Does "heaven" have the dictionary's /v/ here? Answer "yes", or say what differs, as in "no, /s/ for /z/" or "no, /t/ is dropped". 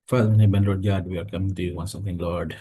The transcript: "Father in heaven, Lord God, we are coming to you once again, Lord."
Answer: no, /b/ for /v/